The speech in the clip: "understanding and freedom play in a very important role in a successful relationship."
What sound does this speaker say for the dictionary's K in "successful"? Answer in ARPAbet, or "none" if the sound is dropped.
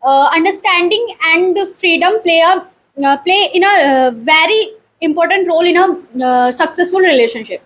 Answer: K